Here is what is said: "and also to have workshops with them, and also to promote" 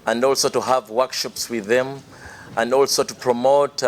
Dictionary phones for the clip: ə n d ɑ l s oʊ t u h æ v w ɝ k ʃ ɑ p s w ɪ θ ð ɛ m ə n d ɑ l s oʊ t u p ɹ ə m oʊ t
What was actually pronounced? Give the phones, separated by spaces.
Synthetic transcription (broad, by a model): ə n d ɑ l s oʊ t u h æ v w ɝ k ʃ ɑ p s w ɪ ð ɛ m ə n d ɑ l s oʊ t u p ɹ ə m oʊ t